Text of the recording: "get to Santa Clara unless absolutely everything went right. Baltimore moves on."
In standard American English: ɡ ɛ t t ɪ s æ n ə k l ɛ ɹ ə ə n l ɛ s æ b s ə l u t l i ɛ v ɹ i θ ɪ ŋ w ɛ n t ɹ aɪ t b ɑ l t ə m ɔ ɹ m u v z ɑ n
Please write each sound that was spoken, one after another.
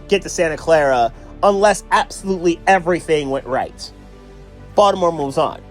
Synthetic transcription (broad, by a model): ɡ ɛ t t ɪ s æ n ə k l ɛ ɹ ə ə n l ɛ s æ b s ə l u t l i ɛ v ɹ i θ ɪ ŋ w ɛ n t ɹ aɪ t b ɑ t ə m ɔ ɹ m u v z n